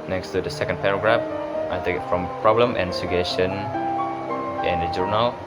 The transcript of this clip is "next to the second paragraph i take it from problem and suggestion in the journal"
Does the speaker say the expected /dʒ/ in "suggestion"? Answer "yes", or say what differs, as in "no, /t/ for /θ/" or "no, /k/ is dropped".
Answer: no, /dʒ/ is dropped